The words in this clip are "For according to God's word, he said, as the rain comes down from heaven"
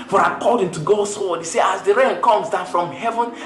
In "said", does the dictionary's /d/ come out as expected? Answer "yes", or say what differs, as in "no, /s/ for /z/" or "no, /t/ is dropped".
no, /d/ is dropped